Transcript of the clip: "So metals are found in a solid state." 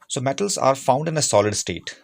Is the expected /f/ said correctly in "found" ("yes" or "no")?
yes